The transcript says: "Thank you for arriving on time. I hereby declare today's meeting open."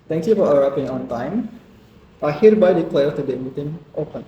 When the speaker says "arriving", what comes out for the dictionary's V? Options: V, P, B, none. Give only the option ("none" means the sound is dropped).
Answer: P